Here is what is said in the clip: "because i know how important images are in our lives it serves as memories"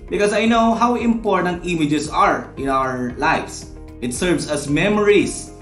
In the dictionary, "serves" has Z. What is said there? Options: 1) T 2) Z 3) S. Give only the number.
3